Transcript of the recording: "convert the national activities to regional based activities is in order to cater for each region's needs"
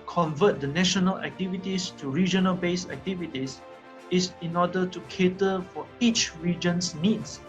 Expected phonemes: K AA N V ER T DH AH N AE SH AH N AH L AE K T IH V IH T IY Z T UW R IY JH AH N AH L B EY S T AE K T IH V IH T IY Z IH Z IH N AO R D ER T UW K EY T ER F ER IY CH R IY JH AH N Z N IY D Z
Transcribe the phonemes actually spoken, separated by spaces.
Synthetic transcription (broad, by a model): K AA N V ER T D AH N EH SH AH N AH L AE K T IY V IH T IY S T UW R IY JH AH N AH L B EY S AE K T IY V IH T IY S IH S IH N AO D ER T UW K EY T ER F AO IY CH R IY JH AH N S N IY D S